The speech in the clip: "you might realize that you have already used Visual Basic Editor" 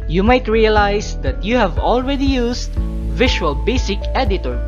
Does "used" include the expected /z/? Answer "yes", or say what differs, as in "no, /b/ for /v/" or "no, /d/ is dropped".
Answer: no, /s/ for /z/